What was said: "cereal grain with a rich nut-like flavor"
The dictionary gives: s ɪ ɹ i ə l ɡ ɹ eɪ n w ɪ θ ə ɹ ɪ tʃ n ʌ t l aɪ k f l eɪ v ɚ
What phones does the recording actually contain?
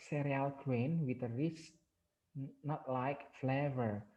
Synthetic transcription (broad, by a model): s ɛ ɹ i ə l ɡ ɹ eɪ n w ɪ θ ə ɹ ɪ s n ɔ t l aɪ k f l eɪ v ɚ